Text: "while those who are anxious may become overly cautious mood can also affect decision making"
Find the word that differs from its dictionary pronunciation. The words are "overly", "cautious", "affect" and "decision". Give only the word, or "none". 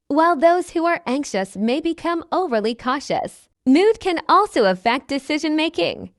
none